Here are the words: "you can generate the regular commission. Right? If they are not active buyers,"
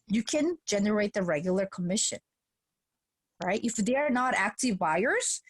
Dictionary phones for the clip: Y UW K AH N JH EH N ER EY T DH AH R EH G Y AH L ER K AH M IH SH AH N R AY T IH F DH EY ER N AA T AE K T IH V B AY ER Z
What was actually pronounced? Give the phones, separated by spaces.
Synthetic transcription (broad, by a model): Y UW K AH N JH EH N ER EY T DH AH R EH G Y L ER K AH M IH SH AH N R AY T IH F DH EY ER N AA T AE K T IH V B AY ER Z